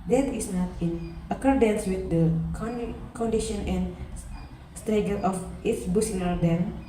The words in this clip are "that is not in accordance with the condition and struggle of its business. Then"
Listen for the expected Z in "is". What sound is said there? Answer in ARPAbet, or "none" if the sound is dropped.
S